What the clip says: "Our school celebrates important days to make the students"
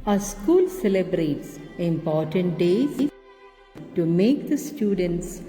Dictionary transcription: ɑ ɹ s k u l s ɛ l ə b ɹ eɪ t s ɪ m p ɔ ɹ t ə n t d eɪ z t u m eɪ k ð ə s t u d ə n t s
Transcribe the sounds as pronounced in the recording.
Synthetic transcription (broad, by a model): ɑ s k u l s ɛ l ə b ɹ eɪ t s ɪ m p ɔ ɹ t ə n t d eɪ t u m eɪ k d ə s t u d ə n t s